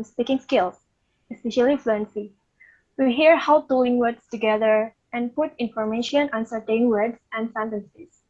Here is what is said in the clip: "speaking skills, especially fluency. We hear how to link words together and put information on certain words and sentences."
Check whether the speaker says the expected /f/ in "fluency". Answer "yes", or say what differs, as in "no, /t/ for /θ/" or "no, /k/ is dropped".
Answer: yes